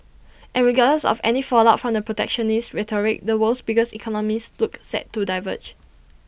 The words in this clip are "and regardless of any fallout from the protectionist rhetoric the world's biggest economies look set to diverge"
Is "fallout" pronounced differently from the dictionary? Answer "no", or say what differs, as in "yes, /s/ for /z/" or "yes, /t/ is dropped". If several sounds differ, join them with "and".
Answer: no